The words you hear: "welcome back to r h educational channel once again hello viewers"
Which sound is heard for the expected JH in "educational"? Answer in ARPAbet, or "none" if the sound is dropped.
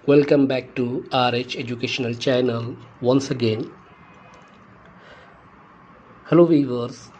JH